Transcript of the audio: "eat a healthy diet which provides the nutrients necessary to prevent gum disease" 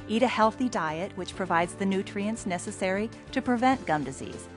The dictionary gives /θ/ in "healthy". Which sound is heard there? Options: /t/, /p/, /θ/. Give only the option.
/θ/